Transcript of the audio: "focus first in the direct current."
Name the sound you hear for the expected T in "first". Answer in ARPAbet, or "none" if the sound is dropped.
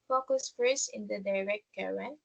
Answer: none